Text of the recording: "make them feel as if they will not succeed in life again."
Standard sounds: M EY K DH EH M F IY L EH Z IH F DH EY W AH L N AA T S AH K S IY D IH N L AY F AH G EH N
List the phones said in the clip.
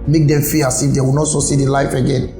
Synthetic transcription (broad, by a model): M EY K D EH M F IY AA S IH F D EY W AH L N AA T S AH S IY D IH L AY F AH G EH N